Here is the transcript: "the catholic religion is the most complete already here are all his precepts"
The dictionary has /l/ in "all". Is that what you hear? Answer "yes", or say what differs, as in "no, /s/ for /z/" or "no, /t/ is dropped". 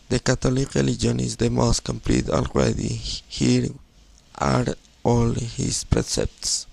yes